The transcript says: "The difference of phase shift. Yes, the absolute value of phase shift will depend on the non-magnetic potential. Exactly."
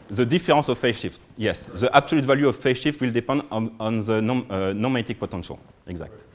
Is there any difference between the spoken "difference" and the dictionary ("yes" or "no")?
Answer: yes